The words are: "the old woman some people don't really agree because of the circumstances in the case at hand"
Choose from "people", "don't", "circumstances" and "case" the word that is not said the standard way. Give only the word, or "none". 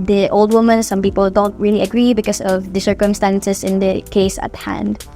circumstances